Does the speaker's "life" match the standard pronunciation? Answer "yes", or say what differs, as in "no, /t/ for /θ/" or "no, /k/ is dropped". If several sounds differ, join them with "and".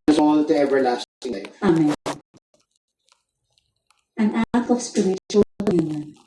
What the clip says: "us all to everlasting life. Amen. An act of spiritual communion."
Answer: no, /f/ is dropped